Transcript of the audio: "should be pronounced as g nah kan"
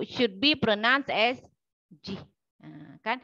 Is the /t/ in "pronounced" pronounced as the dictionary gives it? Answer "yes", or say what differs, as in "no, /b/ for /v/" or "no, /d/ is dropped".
no, /t/ is dropped